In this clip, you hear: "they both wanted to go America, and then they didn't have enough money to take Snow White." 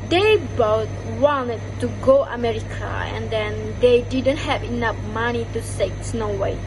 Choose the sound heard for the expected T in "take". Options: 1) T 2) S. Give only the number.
2